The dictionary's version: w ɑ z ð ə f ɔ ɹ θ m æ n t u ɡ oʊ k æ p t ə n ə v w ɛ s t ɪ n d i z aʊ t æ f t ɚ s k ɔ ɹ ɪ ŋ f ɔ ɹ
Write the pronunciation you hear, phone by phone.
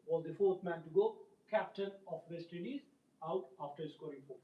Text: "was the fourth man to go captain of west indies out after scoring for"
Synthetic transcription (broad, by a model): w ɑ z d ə f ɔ ɹ t m æ n t u ɡ oʊ k æ p t ə n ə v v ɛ s t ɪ d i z aʊ t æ f t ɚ s k ɔ ɹ ɪ ŋ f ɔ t